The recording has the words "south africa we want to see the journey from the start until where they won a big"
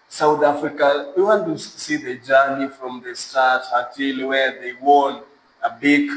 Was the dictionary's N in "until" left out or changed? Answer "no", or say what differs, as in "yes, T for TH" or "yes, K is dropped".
yes, N is dropped